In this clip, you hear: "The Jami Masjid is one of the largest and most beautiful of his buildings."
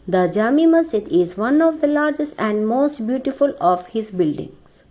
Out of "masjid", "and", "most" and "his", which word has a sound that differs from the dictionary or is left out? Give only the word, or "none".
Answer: masjid